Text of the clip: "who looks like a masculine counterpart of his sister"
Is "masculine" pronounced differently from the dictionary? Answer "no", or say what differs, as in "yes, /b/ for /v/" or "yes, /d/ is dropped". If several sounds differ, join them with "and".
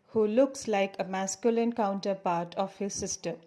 no